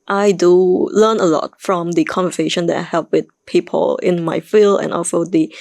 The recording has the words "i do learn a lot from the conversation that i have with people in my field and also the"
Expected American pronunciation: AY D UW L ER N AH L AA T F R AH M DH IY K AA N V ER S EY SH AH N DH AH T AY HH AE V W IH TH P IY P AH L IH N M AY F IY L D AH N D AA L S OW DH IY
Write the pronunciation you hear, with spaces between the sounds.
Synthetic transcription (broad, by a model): AY D UW L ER N AH L AA T F R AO M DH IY K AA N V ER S EY SH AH N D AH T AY HH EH P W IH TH P IY P AH L IH N M AY F IY L D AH N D AA L S OW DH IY